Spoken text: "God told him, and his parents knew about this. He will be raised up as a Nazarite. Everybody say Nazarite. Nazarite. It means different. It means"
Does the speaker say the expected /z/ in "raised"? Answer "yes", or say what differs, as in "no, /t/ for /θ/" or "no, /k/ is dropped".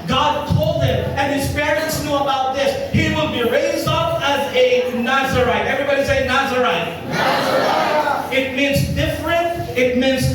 yes